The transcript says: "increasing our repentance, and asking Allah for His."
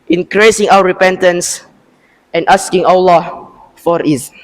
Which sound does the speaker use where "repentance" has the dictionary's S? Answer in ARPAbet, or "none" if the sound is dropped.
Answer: S